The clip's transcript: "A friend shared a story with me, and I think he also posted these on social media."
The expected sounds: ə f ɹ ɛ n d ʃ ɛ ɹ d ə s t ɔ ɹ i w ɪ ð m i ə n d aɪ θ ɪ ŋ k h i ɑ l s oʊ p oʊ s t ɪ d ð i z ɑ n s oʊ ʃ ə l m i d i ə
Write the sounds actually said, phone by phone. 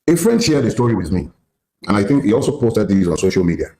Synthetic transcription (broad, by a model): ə f ɹ ɛ n d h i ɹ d ə s t ɔ ɹ i w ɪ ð m i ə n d aɪ θ ɪ ŋ k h i ɑ l s oʊ p oʊ s t ɪ d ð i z ɑ n s oʊ ʃ ə l m i d i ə